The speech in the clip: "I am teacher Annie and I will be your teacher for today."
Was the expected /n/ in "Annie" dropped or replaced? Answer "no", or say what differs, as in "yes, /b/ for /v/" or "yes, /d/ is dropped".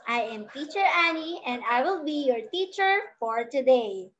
no